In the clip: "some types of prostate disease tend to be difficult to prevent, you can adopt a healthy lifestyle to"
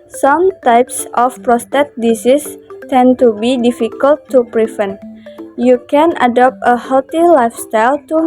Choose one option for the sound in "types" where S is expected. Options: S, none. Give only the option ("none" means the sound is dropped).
S